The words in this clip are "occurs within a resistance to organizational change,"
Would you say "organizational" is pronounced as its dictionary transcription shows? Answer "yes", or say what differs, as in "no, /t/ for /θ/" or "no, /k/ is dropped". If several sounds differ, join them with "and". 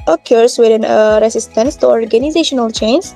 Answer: yes